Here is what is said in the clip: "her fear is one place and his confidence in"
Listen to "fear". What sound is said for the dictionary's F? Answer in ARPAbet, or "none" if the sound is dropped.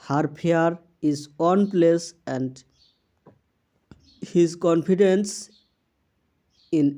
P